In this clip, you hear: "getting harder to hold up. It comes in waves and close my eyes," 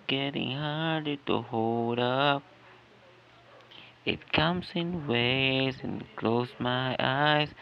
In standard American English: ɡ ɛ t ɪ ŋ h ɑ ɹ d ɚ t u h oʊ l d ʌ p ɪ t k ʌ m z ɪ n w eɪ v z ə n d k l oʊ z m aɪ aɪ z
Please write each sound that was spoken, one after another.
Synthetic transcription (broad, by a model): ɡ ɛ t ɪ ŋ h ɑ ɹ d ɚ t u h oʊ l d ʌ p ɪ t k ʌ m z ɪ n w eɪ z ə n k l oʊ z m aɪ aɪ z